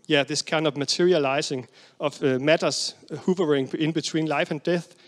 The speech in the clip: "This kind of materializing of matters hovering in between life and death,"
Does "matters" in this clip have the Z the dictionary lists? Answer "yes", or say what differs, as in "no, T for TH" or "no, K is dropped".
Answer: no, S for Z